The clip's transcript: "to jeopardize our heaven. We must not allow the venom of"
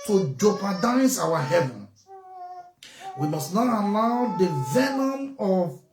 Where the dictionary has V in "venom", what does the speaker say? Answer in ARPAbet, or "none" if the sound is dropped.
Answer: V